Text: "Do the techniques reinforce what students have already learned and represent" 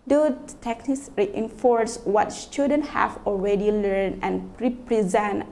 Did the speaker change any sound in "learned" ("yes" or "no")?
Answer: yes